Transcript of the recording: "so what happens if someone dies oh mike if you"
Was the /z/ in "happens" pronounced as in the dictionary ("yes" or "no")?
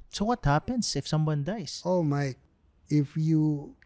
no